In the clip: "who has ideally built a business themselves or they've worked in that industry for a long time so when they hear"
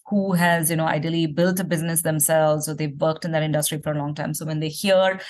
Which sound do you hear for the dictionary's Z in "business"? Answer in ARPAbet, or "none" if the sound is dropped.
Z